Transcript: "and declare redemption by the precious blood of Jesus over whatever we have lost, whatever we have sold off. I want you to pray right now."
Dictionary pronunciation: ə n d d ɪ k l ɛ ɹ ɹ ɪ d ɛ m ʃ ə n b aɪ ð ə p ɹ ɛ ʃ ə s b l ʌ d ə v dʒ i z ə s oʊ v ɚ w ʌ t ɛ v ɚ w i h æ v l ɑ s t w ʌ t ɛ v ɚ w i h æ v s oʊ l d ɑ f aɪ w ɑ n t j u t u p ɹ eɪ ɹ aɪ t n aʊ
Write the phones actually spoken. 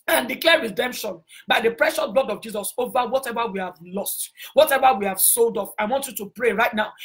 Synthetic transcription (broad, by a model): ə n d d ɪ k l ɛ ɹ ɹ ɪ d ɛ m ʃ ə n b aɪ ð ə p ɹ ɛ ʃ ə s b l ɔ d ə v dʒ i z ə s oʊ v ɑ w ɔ t ɛ v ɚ w i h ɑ v l ɑ s t w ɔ t ɛ v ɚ w i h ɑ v s oʊ l d ɑ f aɪ w ɑ n t j u t u p ɹ eɪ ɹ aɪ t n aʊ